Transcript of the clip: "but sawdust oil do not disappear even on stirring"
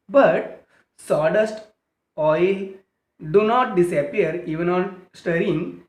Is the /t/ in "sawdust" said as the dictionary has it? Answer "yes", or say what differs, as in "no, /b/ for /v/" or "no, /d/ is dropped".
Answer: yes